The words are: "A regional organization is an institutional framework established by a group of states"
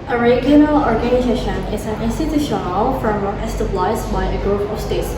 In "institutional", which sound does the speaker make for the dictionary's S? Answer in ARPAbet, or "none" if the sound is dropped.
S